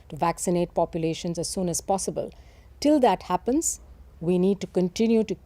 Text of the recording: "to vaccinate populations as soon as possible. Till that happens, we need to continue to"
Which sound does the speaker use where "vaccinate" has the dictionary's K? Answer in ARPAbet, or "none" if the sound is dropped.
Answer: K